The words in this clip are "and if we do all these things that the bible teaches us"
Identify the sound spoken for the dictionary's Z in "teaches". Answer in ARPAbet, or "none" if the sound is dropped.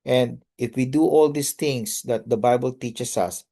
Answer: S